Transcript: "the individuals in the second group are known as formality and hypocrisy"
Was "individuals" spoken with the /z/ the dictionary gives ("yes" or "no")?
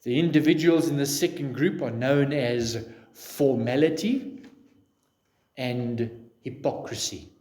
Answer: yes